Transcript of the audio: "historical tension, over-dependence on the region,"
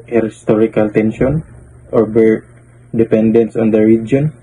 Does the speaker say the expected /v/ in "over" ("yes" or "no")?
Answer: no